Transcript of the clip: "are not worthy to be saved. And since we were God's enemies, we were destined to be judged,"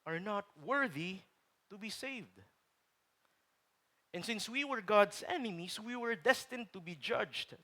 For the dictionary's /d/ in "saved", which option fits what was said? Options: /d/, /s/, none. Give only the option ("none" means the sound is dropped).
/d/